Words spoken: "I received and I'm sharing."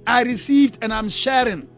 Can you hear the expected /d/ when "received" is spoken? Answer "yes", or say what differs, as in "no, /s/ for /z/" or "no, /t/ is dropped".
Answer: yes